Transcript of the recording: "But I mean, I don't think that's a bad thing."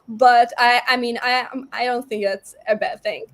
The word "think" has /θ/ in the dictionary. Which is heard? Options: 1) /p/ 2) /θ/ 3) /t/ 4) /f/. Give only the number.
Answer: 2